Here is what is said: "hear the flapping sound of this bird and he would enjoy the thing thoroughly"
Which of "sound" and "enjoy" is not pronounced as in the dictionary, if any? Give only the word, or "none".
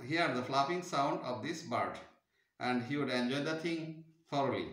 none